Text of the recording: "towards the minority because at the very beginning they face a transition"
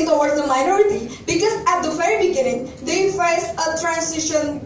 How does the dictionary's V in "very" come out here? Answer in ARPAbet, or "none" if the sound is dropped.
F